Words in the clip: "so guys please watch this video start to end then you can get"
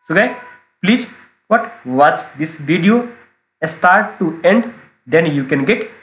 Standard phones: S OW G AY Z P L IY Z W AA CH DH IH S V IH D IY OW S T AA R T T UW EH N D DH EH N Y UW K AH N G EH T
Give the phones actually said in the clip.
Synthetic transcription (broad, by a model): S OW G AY P L IY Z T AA CH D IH S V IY D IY OW S T AA R T T UW EH N D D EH N Y UW K AH N G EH T